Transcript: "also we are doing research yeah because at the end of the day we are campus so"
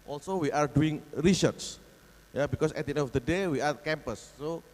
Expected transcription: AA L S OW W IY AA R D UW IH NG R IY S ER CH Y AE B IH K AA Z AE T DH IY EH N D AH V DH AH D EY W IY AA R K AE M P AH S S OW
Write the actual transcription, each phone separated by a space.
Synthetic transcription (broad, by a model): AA L S OW W IY AA R D UW IH NG R IY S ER S Y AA B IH K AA S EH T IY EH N AH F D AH D EY W IY AA R K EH M P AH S S OW